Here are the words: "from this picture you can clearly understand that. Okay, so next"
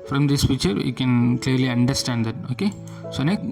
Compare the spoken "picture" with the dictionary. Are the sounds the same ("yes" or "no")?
no